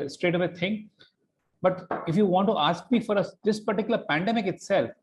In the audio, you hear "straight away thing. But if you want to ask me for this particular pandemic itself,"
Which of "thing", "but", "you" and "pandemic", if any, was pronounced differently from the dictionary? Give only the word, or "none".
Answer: thing